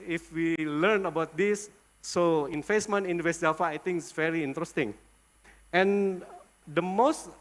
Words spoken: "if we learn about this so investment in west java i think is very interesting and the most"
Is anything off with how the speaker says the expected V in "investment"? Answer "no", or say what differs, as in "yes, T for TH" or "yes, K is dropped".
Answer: yes, F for V